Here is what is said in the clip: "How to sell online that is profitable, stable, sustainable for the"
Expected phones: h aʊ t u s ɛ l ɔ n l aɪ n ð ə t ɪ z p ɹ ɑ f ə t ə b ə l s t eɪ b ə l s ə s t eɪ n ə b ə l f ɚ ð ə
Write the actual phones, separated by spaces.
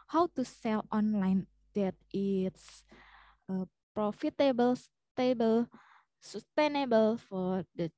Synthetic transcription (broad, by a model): h aʊ t u s ɛ l ɔ n l aɪ n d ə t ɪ s p ɹ ɑ f ə t ə b ə l s t eɪ b ə l s ə s t eɪ n ə b ə l f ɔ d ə